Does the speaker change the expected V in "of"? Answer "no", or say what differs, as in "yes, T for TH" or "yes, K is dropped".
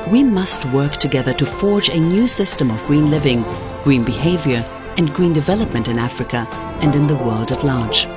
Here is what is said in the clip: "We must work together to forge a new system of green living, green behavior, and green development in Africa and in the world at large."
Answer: no